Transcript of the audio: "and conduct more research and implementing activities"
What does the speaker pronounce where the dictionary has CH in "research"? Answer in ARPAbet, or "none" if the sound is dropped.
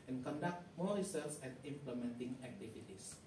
S